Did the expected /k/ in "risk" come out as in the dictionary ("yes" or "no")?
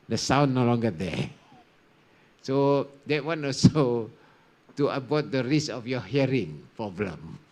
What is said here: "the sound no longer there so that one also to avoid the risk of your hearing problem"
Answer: no